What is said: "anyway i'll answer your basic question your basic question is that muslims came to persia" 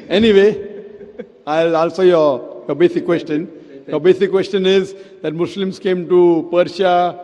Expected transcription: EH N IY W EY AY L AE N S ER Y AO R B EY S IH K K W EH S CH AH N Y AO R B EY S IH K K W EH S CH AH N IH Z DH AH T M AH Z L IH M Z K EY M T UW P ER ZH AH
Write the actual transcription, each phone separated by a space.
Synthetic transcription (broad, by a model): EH N IY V EY AY L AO L S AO Y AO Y B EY S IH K K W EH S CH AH N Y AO B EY S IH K K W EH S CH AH N IH Z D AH T M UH S L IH M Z K EY M T UW P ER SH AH